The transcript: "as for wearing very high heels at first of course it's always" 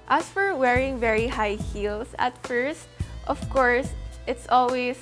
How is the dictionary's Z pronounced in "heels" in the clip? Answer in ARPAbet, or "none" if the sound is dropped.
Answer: S